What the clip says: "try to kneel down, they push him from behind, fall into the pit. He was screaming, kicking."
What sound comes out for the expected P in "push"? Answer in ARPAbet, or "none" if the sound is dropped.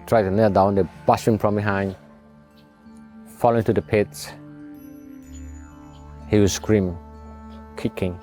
B